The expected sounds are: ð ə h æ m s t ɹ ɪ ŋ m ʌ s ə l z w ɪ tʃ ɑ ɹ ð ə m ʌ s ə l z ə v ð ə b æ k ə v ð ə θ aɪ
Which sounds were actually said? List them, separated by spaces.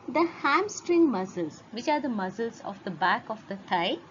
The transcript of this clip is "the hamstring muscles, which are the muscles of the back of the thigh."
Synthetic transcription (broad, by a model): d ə h æ m s t ɹ ɪ ŋ m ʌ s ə l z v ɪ tʃ ɑ ɹ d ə m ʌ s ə l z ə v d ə b æ k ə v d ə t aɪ